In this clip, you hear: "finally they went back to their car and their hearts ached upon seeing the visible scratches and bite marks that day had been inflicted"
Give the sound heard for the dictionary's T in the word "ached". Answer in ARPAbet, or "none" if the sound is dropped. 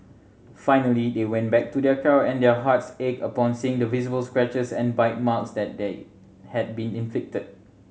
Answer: none